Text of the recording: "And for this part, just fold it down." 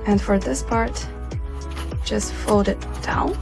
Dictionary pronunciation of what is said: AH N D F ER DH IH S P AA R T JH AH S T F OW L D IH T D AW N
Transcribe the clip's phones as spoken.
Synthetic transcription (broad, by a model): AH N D F ER DH IH S P AA R T JH AH S T F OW D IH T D AW N